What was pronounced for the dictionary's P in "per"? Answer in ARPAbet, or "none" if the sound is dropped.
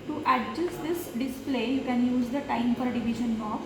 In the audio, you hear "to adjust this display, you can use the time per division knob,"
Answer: F